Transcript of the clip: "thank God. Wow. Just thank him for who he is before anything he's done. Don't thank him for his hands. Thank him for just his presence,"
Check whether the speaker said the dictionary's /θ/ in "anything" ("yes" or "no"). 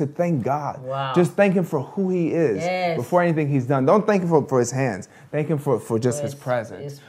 yes